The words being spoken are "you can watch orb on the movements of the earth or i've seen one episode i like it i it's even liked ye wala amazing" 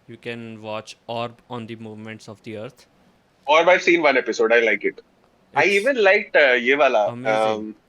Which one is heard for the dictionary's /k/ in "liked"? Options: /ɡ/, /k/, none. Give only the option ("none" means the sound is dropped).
/k/